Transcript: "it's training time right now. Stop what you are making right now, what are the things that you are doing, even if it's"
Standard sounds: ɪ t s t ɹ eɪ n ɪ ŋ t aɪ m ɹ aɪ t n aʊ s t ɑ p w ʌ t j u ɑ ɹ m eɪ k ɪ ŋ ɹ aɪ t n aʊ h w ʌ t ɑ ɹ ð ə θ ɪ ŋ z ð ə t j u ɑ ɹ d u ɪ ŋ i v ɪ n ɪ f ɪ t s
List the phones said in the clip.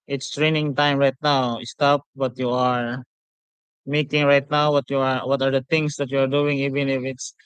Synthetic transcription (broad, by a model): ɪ t s t ɹ eɪ n ɪ ŋ t aɪ m ɹ aɪ t n aʊ s t ɑ p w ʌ t j u ɑ ɹ m eɪ k ɪ ŋ ɹ aɪ t n aʊ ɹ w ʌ t ɑ ɹ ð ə t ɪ ŋ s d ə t j u ɑ ɹ d u ɪ ŋ i v ɪ n ɪ f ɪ t s